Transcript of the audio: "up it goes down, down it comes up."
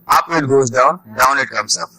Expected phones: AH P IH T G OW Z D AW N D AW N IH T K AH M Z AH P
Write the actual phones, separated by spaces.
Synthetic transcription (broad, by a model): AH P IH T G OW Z D AW N D AW N IH T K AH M S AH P